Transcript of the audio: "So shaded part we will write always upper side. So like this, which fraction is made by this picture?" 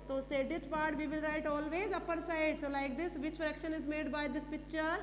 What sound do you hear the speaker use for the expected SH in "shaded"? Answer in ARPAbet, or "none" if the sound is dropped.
S